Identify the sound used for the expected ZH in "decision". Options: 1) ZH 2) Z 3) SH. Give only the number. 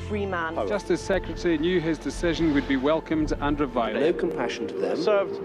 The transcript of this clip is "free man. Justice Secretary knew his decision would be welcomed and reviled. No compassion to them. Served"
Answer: 1